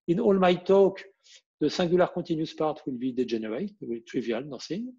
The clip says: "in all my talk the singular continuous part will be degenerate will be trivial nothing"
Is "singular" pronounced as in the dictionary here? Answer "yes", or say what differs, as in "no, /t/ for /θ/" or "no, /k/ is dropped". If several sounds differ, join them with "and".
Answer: no, /ŋ/ is dropped